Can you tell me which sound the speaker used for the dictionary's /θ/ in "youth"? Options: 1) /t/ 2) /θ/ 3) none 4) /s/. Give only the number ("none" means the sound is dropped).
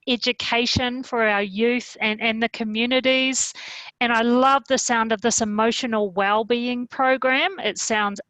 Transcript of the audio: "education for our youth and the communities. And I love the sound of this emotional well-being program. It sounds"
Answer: 2